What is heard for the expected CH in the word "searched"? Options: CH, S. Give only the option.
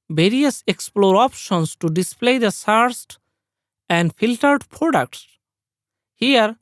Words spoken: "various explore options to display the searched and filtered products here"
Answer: S